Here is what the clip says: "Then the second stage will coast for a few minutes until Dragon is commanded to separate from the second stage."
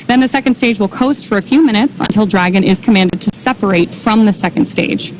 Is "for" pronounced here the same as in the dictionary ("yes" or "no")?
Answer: yes